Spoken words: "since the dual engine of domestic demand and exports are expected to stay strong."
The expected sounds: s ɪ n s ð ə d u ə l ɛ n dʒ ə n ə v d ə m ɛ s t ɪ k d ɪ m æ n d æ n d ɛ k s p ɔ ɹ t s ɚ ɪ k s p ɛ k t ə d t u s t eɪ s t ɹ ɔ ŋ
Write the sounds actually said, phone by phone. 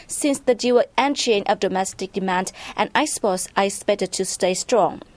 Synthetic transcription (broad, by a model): s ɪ n s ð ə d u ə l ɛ n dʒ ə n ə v d ə m ɛ s t ɪ k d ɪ m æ n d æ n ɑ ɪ s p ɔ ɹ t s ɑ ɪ s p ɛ t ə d t u s t eɪ s t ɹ ɔ ŋ